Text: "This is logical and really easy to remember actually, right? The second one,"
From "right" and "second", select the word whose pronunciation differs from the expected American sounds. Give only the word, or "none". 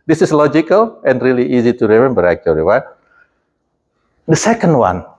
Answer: right